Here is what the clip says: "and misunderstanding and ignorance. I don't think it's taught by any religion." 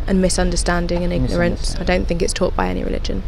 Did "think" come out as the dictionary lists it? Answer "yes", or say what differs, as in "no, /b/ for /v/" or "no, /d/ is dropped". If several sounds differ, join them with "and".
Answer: yes